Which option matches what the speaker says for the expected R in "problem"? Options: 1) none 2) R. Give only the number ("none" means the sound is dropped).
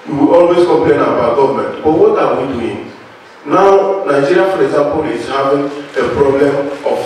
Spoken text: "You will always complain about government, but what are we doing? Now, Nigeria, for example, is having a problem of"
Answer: 2